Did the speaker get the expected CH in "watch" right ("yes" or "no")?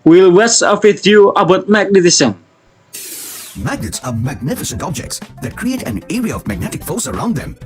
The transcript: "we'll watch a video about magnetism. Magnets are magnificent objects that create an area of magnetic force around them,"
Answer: no